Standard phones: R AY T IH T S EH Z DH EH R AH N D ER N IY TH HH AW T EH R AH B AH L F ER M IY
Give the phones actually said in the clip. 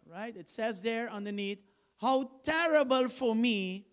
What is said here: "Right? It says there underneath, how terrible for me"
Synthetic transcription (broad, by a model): R AY T IH T S EH Z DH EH R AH N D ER N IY T HH AW T EH R AH B AH L F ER M IY